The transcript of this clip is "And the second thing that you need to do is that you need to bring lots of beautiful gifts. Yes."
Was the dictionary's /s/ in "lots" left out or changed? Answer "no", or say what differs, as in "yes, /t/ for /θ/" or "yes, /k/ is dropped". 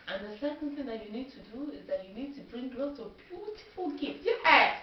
yes, /s/ is dropped